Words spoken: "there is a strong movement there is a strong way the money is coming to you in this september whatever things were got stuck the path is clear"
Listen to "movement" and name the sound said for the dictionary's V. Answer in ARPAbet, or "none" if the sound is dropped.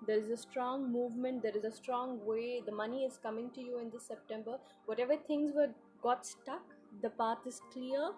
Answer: V